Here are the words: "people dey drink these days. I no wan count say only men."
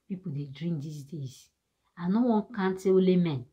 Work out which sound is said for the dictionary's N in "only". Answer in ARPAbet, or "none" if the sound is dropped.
none